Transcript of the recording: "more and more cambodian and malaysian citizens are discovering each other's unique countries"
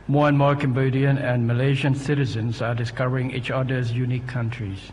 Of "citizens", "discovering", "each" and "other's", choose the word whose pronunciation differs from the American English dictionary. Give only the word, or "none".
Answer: none